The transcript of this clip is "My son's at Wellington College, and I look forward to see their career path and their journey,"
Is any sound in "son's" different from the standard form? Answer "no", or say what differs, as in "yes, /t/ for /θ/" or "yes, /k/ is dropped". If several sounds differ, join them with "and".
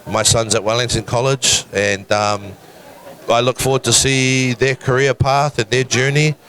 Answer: no